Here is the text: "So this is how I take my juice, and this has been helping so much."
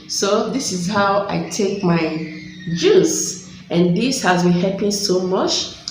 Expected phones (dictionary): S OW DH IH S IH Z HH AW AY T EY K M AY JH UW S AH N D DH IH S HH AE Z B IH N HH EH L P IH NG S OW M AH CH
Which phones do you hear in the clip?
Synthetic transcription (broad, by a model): S OW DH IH S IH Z HH AW AY T EY K M AY JH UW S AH N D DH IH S HH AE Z B IH N HH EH P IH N S OW M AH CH